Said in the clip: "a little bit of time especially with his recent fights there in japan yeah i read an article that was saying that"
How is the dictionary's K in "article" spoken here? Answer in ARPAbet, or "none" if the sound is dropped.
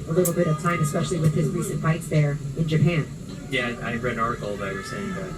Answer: none